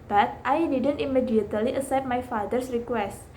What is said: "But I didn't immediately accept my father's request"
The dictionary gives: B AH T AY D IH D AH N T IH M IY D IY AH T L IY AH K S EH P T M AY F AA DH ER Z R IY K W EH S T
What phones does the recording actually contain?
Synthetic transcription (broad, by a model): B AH T AY D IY D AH N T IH M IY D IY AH T L IY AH S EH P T M AY F AA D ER S R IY K W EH S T